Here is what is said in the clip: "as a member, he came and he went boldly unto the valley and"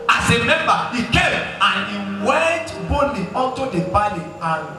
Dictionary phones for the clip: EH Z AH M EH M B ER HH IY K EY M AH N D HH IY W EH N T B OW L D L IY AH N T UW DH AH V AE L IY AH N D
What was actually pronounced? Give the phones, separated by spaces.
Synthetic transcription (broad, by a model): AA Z AH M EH M B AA HH IY K EY M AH N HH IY W EH N T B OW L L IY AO N T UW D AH P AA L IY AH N